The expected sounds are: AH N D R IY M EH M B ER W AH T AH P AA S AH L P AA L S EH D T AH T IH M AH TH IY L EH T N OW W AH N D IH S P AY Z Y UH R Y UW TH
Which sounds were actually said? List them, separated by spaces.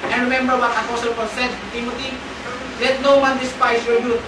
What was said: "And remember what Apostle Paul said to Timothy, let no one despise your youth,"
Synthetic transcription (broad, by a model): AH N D R IY M EH M B ER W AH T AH F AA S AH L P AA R S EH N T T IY M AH T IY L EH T N OW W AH N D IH S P AY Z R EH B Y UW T